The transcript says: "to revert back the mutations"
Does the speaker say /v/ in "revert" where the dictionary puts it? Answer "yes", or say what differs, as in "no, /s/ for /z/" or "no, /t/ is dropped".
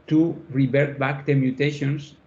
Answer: no, /b/ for /v/